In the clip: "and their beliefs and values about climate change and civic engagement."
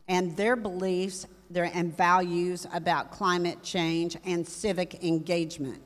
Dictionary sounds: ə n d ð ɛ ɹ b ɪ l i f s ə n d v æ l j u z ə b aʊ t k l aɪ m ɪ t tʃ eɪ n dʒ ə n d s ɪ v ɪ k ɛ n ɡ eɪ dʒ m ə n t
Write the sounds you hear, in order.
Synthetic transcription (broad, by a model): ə n ð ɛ ɹ b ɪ l i f s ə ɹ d v æ l j u z ə b aʊ t k l aɪ m ɪ t tʃ eɪ n dʒ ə n s ɪ v ɪ k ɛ n ɡ eɪ dʒ m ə n t